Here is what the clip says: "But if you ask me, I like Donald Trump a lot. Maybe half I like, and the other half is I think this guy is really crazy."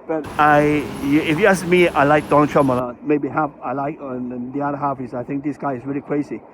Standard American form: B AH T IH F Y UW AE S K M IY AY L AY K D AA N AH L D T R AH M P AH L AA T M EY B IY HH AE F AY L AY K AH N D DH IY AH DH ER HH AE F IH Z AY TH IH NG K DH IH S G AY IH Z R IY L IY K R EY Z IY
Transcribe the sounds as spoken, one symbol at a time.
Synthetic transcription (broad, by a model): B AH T IH F Y UW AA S M IY AY L AY K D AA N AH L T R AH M AH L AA M EY B IY HH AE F AY L AY K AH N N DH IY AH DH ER HH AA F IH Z AY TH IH NG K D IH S G AY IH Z R IY L IY K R EY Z IY